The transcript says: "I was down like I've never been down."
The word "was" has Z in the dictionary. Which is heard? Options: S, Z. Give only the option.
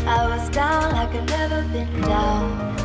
Z